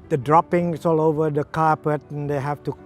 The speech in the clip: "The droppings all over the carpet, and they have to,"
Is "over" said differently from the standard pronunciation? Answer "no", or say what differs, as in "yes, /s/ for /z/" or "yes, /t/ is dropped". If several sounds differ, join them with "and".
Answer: no